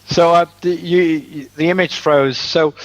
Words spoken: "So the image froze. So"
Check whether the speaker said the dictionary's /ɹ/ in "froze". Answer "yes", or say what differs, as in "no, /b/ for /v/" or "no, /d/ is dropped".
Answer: yes